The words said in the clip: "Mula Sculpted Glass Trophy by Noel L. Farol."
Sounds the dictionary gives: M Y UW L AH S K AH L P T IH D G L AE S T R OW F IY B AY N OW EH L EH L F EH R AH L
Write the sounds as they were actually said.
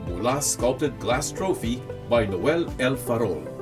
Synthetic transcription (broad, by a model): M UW L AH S K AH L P T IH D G L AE S T R OW F IY B AY N OW EH L EH L F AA R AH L